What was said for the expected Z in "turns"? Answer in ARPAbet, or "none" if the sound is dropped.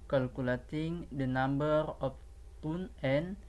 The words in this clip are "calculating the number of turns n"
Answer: none